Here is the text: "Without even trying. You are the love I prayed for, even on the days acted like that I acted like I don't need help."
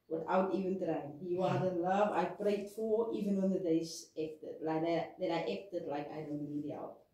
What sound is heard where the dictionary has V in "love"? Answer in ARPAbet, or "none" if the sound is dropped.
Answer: V